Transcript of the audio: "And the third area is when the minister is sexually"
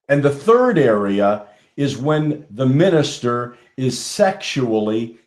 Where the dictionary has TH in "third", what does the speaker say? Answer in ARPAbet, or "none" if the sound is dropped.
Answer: TH